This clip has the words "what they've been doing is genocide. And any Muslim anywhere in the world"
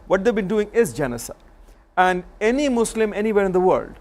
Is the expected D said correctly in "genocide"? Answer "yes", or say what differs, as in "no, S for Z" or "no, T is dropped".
no, D is dropped